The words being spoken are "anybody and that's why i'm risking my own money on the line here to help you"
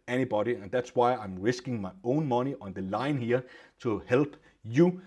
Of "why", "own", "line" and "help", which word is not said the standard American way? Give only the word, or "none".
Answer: help